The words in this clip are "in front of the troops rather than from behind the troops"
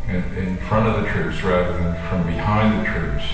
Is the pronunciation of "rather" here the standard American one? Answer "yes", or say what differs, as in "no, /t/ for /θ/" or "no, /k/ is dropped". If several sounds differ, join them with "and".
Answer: yes